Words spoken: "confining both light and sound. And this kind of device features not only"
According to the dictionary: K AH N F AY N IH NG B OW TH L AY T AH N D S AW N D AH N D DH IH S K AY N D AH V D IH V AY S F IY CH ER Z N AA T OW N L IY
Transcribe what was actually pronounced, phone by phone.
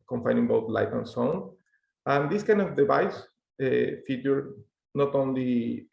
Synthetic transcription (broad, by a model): K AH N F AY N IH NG B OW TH L AY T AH N S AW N AH N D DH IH S K AY N D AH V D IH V AY S F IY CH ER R N AA T OW N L IY